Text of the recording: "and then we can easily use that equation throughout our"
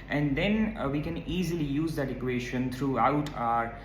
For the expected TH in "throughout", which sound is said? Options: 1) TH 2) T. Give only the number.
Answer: 2